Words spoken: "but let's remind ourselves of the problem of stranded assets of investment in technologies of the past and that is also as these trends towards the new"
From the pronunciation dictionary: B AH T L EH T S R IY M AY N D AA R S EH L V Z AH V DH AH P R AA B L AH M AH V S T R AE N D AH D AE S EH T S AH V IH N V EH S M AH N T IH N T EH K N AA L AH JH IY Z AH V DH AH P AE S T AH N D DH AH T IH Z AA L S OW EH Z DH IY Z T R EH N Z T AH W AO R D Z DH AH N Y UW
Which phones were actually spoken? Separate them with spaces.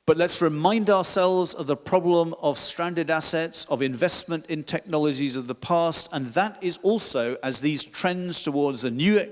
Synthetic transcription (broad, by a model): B AH T L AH T S R IY M AY N D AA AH S EH L V Z AH V DH AH P R AA B L AH M AH V S T R AE N D AH D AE S EH T S AH V IH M V EH S M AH N T IH N T EH K N AA L AH JH IY Z AH V DH AH P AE S T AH N DH AH T IH Z AA L S OW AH Z DH IY Z T R EH N Z T AH W AO R D Z DH AH N Y UW